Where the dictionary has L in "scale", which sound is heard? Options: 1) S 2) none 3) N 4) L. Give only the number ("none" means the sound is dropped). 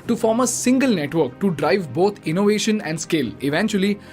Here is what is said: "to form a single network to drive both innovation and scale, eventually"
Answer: 4